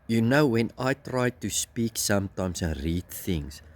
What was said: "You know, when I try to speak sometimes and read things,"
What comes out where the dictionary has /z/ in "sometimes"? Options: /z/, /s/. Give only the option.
/s/